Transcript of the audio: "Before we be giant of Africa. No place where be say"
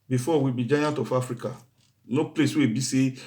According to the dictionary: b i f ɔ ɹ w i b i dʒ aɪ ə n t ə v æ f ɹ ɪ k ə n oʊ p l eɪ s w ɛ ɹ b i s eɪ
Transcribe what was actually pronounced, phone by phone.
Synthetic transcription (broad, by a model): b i f ɔ w i b i dʒ aɪ ə n t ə f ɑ f ɹ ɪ k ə n oʊ p l eɪ s w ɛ b i s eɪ